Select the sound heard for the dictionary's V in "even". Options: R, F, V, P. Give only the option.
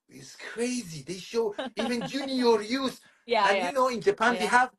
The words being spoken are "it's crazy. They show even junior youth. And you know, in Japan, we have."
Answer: V